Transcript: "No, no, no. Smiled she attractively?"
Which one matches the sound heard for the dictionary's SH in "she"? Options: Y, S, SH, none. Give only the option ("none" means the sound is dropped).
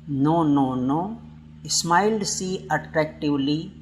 S